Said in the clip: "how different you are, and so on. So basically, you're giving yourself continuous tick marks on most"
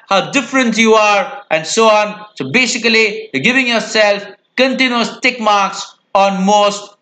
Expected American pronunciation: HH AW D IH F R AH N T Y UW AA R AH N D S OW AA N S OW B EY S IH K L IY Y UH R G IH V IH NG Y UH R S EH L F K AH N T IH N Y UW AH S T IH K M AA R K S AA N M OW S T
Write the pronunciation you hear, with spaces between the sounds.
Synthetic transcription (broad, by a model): HH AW D IH F R AH N T Y UW AA R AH N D S OW AA N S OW B EY S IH K IY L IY G IH V IH NG Y UH R S EH L F K AH N T IH N Y UW AH S T IH K M AA R K S AA N M OW S T